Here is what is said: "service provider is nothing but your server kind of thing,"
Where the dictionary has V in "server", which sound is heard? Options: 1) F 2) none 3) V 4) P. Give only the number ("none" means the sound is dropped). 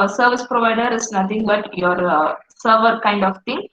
3